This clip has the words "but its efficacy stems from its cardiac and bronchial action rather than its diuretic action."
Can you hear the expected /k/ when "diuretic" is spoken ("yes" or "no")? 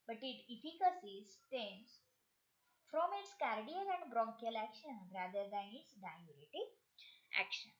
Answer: no